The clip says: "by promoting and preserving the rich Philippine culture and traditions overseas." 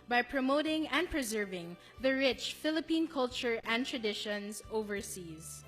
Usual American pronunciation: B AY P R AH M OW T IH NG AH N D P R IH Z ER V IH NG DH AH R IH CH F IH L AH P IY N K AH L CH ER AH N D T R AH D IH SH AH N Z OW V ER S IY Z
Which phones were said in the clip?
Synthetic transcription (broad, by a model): B AY P R AH M OW T IH NG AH N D P R IH Z ER V IH NG DH AH R IH CH F IH L AH P IY N K AH L CH ER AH N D T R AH D IH SH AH N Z OW V ER S IY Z